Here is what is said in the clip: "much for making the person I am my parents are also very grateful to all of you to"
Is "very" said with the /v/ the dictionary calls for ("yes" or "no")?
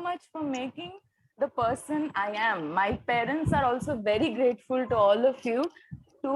yes